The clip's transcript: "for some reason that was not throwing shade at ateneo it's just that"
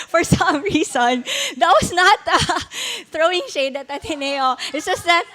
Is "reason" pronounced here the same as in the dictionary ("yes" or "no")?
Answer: no